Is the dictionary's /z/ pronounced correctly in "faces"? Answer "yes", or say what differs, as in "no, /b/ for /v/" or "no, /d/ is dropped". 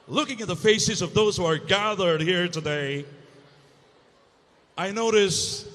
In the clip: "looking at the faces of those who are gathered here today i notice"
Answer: yes